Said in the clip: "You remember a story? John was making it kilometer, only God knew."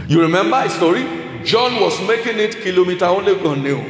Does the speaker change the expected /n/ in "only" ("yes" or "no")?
yes